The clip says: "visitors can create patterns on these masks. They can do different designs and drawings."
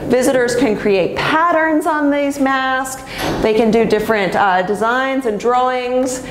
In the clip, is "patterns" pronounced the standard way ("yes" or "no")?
yes